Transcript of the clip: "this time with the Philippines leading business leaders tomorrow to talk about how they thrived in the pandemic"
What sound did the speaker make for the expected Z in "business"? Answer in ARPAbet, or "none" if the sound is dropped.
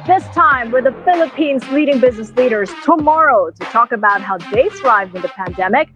Z